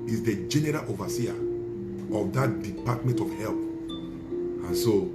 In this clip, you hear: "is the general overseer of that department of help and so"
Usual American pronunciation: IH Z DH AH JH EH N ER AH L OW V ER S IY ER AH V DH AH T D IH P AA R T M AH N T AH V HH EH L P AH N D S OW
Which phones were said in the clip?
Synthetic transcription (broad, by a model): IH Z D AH JH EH N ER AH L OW V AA S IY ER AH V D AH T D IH P AA T M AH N T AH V HH EH L P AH N S OW